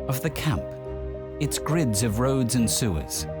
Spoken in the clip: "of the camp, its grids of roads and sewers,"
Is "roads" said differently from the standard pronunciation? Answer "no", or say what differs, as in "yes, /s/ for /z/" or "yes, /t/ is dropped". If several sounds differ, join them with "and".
no